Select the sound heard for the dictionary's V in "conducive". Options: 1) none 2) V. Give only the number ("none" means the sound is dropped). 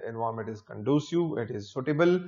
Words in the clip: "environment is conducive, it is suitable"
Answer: 1